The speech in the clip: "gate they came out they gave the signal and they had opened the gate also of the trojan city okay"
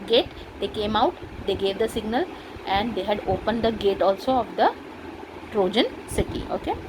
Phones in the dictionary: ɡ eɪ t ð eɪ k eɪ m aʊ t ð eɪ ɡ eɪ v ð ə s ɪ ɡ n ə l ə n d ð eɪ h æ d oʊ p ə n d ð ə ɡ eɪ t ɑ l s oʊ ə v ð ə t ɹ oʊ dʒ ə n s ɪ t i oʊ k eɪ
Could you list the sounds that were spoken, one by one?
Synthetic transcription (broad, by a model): ɡ eɪ t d eɪ k eɪ m aʊ t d eɪ ɡ eɪ v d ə s ɪ ɡ n ə l ə n d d eɪ h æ d oʊ p ə n d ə ɡ eɪ t ɑ l s oʊ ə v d ə t ɹ oʊ dʒ ə n s ɪ t i oʊ k eɪ